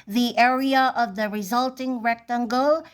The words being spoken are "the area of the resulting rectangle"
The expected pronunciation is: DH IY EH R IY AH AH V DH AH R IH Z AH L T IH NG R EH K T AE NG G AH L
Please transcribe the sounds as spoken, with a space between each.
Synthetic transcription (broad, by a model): DH IY EH R IY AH AH V DH AH R IH Z AH L T IH NG R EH K T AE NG G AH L